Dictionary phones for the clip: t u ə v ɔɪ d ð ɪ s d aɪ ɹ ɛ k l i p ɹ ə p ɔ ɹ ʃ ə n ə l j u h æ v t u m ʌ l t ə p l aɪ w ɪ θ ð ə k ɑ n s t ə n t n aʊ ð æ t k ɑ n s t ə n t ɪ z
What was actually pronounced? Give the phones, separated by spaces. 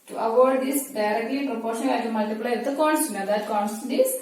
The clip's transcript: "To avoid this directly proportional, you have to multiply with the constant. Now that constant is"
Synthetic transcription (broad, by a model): t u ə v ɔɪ d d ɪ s d aɪ ɹ ɛ k l i p ɹ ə p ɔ ɹ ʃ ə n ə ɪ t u m ʌ l t ə p l aɪ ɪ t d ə k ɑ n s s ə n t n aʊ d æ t k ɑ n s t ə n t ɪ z